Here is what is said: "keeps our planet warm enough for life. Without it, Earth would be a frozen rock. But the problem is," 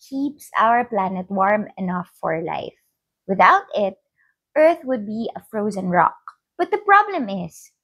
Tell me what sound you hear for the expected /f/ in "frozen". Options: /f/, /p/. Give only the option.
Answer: /f/